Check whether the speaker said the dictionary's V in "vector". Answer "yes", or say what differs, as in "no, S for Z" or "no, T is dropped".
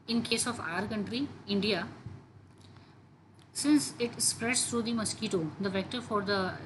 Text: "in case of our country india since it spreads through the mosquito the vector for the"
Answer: yes